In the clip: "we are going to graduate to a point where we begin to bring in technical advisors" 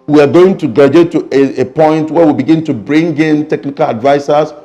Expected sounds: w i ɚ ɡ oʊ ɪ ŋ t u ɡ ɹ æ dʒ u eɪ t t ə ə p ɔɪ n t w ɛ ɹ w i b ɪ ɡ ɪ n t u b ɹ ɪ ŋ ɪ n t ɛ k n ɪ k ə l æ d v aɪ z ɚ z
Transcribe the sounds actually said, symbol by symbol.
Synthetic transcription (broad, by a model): w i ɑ ɡ oʊ ɪ ŋ t u ɡ ɑ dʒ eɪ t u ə ə p ɔɪ n t w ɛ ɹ w i b ɪ ɡ ɪ n t u b ɹ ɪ ŋ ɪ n t ɛ k n ɪ k ə l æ d v aɪ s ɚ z